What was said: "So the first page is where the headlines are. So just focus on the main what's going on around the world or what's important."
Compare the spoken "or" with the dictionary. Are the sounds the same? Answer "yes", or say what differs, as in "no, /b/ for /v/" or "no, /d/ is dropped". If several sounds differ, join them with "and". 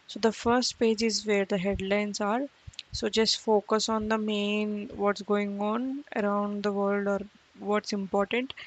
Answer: yes